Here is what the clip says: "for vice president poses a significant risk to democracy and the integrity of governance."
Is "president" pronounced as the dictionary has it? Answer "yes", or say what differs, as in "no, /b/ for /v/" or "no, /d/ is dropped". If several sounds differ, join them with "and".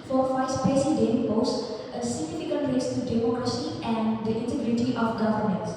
no, /ɹ/ is dropped and /s/ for /z/